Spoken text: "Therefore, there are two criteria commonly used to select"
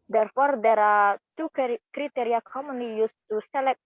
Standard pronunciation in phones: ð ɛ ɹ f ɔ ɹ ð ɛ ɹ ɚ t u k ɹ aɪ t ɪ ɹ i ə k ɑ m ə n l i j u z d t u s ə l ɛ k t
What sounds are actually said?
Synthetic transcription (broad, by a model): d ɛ ɹ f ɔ ɹ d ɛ ɹ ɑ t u k ɹ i t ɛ ɹ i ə k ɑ m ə n i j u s t u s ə l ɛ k